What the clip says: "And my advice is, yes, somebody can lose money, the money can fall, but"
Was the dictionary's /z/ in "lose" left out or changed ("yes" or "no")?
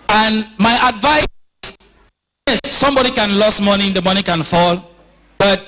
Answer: yes